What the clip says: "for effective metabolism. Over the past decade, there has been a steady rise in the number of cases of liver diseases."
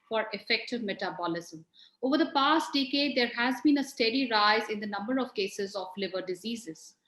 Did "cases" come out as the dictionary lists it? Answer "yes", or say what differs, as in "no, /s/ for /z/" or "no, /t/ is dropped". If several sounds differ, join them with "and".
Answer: yes